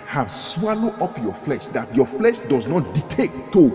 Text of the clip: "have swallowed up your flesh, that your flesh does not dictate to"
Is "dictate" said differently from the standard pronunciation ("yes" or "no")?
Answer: yes